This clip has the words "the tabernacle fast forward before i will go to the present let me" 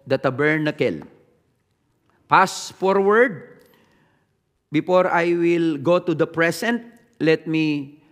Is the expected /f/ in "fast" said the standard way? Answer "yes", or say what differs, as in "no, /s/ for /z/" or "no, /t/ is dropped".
no, /p/ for /f/